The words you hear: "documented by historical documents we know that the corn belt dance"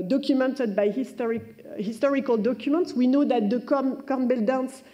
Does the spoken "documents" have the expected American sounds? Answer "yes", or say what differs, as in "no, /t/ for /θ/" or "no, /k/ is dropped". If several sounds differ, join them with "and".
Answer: yes